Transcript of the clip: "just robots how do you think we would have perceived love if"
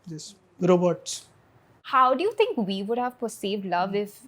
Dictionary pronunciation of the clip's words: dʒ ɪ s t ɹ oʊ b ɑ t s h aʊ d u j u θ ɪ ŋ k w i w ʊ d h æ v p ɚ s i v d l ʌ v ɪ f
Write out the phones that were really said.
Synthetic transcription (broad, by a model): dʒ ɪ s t ɹ oʊ b ɑ t s h aʊ d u j u t ɪ ŋ k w i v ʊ d h æ v p ɚ s i v d l ʌ v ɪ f